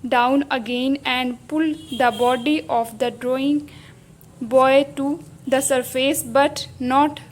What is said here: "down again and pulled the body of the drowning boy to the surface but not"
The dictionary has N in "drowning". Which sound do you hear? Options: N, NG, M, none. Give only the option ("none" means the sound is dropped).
none